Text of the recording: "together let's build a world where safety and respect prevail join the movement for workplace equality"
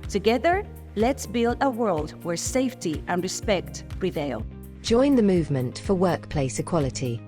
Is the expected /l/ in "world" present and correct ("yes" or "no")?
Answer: yes